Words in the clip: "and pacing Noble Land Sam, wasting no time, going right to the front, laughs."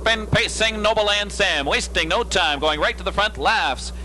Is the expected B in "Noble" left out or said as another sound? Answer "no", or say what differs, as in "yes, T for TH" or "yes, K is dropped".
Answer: yes, B is dropped